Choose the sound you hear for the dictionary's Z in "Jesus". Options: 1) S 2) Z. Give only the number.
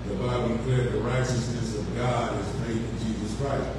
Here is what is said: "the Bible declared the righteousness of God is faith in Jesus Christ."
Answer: 2